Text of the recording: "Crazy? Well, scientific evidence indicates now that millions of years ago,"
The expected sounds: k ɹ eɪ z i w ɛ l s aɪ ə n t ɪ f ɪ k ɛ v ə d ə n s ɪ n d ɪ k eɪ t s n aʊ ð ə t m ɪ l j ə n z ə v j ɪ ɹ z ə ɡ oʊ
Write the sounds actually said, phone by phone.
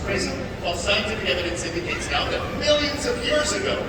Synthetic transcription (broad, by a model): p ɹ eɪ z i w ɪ l s aɪ ə n t ɪ f ɪ k ɛ v ə d ə n s ɪ n d ɪ k eɪ t s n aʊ ð ə t m ɪ l j ə n z ə v j ɪ ɹ z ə ɡ oʊ